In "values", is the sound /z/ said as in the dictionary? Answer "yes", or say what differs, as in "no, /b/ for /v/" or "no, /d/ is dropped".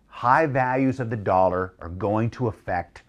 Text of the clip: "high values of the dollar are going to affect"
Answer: yes